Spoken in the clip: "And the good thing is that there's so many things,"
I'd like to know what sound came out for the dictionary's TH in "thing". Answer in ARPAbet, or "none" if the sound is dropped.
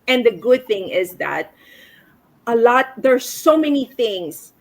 TH